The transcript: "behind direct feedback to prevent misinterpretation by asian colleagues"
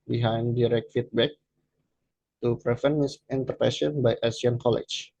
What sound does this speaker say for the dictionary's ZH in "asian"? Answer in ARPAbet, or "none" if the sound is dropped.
S